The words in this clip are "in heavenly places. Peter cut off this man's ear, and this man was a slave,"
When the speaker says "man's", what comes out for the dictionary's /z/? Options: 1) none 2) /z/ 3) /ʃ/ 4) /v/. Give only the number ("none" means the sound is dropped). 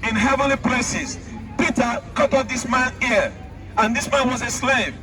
1